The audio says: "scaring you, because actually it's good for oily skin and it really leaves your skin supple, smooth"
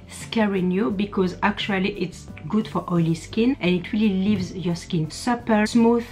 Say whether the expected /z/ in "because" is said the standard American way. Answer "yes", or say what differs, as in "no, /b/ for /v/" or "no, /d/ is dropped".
yes